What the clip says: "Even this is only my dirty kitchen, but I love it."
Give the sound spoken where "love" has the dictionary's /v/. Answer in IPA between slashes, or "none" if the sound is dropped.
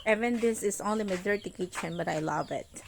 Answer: /v/